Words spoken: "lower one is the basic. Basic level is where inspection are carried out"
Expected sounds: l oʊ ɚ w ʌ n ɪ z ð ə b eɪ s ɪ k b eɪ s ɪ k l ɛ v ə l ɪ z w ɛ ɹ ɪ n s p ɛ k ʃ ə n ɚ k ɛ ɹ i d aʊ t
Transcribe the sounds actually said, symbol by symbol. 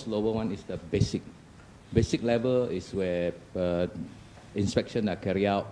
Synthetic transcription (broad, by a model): l oʊ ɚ w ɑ n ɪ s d ə b eɪ s ɪ k b eɪ s ɪ k l ɛ v ə l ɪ s w ɛ ɪ n s p ɛ k ʃ ə n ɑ k ɛ ɹ i aʊ t